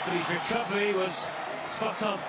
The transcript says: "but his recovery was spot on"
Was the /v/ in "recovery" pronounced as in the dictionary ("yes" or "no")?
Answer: yes